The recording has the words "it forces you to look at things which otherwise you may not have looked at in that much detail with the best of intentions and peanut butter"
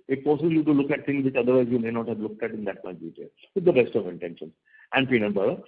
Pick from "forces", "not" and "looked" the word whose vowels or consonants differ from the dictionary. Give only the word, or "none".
forces